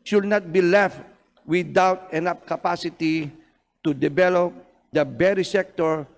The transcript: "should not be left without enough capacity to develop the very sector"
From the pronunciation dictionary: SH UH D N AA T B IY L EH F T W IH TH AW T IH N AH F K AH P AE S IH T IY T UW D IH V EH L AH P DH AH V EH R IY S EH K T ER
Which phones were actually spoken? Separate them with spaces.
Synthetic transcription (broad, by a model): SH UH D N AA T B IY L EH F T W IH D AW T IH N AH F K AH P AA S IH T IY T UW D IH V EH L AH P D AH B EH R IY S EH K T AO